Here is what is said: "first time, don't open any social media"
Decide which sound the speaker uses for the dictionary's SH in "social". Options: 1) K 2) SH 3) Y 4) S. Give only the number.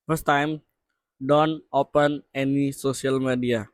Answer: 4